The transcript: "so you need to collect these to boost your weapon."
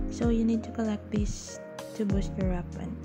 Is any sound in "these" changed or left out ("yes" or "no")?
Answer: yes